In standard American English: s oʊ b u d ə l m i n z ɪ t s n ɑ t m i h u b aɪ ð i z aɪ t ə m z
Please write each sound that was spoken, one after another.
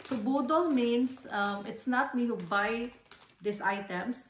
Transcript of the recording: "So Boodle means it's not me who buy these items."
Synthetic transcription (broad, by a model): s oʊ b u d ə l m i n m ɪ t s n ɑ t m i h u b aɪ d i s aɪ t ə m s